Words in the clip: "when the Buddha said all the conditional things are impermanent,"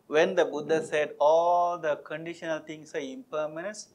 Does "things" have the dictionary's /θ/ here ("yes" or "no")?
no